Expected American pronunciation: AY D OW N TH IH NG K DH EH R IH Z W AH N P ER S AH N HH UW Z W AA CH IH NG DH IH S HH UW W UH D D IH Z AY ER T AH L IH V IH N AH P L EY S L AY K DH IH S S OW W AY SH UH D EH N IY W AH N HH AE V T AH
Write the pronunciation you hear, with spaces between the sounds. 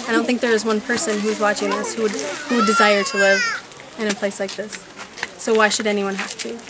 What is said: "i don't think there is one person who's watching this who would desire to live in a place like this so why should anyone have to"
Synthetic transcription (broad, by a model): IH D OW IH TH IH NG K DH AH R IH Z W AH N P ER S AH N HH UW Z W AA CH IH NG DH IH S HH UW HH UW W D IH Z AY ER T AH L IH V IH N AH P L EY S L AY K DH IH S S OW W AY SH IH D EH N IY W AH N HH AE F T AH